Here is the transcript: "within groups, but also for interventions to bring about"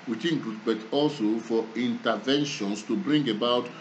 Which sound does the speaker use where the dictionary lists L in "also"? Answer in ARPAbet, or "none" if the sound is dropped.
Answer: L